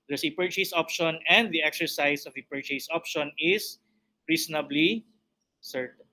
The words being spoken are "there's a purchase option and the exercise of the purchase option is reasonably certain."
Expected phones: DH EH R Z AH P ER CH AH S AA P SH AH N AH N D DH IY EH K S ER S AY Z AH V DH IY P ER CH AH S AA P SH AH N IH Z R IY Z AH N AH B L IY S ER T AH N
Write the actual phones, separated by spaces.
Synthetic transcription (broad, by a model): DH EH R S AH P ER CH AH S AA P SH AH N AH N D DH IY EH K S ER S AY S AH V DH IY P ER CH AH S AA P SH AH N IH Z R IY S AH N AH B L IY S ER T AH N